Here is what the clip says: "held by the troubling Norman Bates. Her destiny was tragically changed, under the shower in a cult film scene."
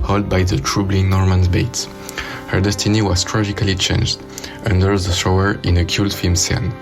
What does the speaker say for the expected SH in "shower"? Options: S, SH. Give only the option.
S